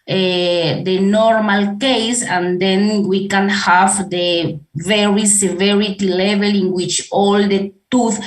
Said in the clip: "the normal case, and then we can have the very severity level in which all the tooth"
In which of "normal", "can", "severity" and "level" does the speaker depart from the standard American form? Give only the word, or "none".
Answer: none